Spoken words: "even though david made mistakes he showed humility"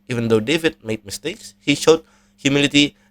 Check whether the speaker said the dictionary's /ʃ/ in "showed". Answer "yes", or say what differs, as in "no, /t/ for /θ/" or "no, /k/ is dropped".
yes